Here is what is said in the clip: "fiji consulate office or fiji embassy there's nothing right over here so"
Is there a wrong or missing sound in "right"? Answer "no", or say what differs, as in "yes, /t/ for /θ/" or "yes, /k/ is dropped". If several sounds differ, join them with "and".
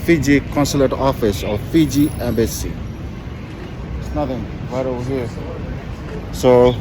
yes, /w/ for /ɹ/